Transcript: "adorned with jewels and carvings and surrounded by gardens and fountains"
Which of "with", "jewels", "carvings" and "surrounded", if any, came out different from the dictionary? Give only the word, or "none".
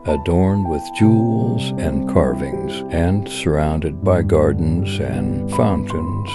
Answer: none